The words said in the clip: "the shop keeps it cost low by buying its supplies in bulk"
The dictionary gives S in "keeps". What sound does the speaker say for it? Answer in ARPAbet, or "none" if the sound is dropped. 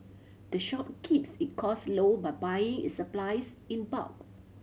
S